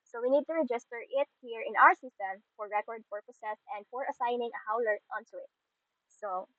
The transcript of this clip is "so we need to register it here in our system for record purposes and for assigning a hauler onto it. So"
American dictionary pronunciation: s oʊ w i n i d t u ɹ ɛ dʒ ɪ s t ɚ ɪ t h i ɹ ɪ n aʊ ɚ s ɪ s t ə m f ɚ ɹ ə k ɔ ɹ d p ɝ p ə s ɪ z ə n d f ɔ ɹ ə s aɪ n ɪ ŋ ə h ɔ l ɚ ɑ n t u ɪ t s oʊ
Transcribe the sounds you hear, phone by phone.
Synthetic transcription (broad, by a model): s oʊ w i n i d t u ɹ ɛ dʒ ɪ s t ɚ ɪ t h i ɹ ɪ n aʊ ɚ s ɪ s t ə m f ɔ ɹ ə k ɔ ɹ d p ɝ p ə s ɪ s ə n d f ɔ ɹ ə s aɪ n ɪ ŋ ə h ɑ l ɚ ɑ n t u ɪ t s oʊ